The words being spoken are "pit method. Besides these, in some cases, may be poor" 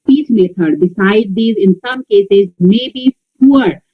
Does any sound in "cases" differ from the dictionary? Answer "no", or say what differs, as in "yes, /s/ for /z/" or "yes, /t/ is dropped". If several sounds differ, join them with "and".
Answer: no